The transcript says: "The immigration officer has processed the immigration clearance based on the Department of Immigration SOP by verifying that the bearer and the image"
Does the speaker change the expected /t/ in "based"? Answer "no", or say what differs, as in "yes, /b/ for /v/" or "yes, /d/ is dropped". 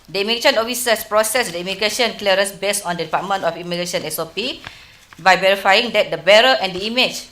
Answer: yes, /t/ is dropped